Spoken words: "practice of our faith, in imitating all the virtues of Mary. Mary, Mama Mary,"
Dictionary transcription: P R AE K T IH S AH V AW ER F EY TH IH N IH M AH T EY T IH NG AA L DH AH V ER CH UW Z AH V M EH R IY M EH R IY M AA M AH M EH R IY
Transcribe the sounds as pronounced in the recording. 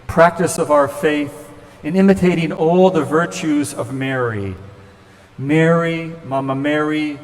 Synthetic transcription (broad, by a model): P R AE K T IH S AH V AW ER F EY TH IH N IH M AH T EY T IH NG AA L DH AH V ER CH UW Z AH V M EH R IY M EH R IY M AA M AH M EH R IY